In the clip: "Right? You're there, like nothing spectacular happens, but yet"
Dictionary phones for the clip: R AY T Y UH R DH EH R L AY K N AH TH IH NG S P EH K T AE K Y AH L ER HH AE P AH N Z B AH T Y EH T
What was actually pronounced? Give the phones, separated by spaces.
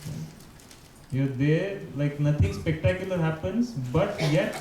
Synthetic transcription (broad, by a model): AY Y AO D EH R L AY K N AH T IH NG S P EH K T AE K Y AH L ER HH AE P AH N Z B AH T Y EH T